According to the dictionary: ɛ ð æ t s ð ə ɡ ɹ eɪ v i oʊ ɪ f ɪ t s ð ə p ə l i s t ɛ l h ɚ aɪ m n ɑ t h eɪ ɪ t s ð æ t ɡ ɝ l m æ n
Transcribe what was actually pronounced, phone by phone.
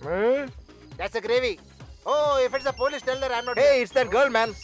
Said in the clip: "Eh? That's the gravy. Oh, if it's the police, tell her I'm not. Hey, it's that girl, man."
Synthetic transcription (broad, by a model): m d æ t s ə ɡ ɹ eɪ v i oʊ ɪ f ɪ t s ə p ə l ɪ ʃ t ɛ l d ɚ aɪ m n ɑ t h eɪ ɪ t s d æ t ɡ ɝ l m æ n